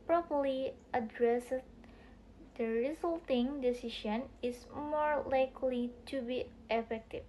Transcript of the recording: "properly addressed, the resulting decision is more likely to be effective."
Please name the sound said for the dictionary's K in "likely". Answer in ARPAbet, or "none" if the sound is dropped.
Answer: K